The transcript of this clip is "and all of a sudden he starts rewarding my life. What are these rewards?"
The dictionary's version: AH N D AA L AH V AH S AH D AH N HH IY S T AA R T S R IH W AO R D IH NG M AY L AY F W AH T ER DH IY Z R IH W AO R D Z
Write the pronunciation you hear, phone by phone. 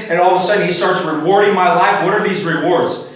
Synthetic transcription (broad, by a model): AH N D AA L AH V AH S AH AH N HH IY S T AA R T S R IH W AO R D IH NG M AY L AY F W AH T ER DH IY Z R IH W AO R D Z